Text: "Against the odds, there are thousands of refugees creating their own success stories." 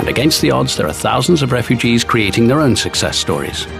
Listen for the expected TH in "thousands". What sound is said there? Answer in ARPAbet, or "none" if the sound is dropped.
TH